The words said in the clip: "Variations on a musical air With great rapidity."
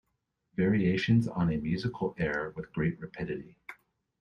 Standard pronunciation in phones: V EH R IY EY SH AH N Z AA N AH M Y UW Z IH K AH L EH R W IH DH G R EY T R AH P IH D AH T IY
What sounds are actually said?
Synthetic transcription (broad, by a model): V EH R IY EY SH AH N Z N AH M Y UW Z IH K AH L EH R W IH DH G R EY T R AH P IH D AH T IY